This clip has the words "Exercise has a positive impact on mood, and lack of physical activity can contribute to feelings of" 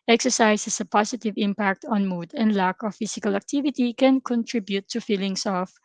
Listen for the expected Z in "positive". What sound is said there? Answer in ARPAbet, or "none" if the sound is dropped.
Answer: S